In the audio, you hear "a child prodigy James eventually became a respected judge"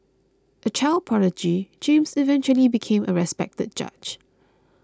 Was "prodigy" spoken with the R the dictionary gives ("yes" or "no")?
no